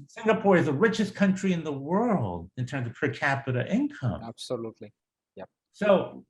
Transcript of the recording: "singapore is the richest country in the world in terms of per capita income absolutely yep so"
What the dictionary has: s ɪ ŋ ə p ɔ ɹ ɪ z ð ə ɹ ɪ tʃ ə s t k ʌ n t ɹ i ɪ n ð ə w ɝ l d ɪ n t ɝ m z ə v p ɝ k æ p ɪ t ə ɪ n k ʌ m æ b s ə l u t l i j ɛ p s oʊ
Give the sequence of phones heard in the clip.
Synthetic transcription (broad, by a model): s ɪ ŋ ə p ɔ ɹ ɪ z ð ə ɹ ɪ tʃ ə s k ʌ n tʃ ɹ i ɪ n ð ə w ɝ l d ɪ n t ɝ m z ə v p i k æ p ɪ t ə ɪ n k ʌ m æ b s ə l u t l i j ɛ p s oʊ